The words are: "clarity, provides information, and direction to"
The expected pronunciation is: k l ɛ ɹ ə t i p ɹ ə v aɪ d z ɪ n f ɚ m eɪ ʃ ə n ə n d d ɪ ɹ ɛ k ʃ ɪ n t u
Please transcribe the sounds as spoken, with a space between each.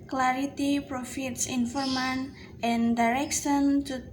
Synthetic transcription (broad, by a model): k l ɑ ɹ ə t i p ɹ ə f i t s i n f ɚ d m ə n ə n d d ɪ ɹ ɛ k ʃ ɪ n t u